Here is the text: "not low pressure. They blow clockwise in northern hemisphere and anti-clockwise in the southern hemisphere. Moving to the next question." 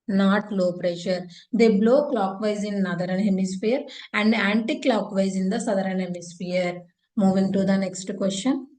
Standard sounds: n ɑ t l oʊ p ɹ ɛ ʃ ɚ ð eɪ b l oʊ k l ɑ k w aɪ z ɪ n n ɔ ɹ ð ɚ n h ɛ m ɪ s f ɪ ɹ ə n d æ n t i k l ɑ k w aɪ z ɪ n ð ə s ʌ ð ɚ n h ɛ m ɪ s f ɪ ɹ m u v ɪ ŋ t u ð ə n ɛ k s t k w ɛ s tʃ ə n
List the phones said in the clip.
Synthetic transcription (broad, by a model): n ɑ t l oʊ p ɹ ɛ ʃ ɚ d eɪ b l oʊ k l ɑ k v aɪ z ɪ n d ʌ ɹ ɚ n h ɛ m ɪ s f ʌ ɹ ə n d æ n t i k l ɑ k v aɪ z ɪ n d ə s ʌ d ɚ n h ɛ m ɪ s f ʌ ɹ m u v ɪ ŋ t u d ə n ɛ k s t k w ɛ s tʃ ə n